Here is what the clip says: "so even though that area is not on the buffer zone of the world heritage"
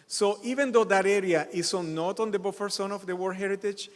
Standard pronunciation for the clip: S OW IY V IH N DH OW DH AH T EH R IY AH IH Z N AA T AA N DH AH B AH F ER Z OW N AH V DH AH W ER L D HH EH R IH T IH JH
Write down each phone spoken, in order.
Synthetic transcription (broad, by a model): S OW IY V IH N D OW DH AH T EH R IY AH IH S N AA T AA N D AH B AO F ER S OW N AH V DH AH W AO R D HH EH R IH T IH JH